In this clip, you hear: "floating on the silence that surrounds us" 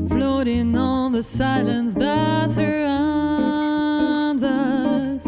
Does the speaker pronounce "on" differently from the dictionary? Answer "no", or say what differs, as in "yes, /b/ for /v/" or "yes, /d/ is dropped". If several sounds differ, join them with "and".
yes, /l/ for /n/